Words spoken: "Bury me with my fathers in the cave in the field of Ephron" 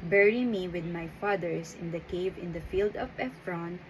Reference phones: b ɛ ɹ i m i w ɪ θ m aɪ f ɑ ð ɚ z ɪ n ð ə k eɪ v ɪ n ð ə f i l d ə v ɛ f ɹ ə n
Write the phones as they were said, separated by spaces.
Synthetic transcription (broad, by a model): b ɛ ɹ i m i w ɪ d m aɪ f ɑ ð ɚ s ɪ n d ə k eɪ v ɪ n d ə f i l d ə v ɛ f ɹ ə n